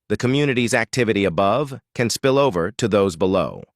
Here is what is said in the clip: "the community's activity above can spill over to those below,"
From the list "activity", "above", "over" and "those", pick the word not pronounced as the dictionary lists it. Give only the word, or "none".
none